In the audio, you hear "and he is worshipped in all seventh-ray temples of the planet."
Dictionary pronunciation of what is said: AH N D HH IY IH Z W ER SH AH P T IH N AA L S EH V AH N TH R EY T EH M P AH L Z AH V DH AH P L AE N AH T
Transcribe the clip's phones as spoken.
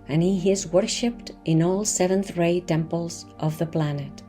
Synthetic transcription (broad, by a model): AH N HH IY IH Z W ER SH AH P T IH N AA L S EH V AH N TH R EY T EH M P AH L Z AH V DH AH P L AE N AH T